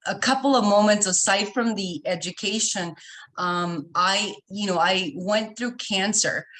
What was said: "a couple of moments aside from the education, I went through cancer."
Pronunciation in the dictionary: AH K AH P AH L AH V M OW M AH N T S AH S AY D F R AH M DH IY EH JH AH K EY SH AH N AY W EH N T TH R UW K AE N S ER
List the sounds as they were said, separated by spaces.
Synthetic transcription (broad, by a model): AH K AH P L AH V M OW M AH N T S AH S AY D F R AH M DH IY EH JH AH K EY SH AH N AY W EH N TH R UW K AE N S ER